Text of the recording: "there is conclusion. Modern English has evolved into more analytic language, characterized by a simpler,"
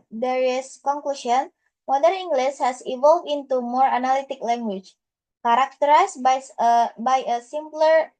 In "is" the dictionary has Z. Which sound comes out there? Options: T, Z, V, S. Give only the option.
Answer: S